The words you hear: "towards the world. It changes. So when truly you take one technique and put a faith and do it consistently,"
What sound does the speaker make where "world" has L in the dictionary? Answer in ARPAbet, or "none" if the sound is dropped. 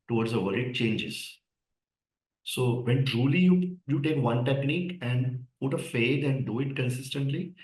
none